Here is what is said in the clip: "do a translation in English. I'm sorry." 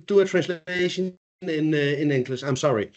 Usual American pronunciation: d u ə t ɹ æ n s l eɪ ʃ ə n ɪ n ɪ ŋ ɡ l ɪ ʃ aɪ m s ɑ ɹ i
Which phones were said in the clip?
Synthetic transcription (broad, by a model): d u ə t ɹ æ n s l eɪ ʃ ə n ɪ n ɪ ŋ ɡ l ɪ s aɪ m s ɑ ɹ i